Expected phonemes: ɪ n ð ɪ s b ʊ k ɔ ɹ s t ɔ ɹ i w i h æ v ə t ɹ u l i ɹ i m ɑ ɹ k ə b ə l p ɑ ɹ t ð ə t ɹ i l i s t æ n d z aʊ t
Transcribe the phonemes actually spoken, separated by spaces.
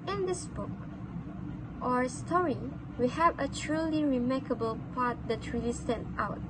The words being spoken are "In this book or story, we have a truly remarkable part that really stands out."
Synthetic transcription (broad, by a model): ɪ n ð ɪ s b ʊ k ɔ ɹ s t ɔ ɹ i w i h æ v ə t ɹ u l i ɹ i m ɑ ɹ k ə b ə l p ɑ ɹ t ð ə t ɹ i l i s t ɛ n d aʊ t